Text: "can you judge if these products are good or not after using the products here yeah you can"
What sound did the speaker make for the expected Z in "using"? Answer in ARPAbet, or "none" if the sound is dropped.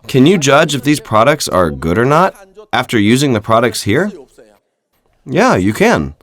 Z